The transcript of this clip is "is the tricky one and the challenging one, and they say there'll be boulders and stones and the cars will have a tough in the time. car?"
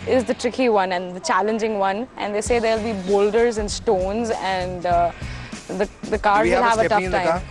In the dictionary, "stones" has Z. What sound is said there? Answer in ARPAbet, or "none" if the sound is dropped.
Z